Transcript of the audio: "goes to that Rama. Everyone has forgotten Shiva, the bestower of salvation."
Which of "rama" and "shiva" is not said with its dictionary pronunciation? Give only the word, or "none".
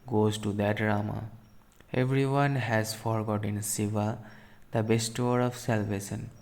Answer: shiva